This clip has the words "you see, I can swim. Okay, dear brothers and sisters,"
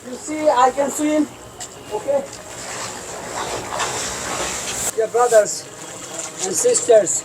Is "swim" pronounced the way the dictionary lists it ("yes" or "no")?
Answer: no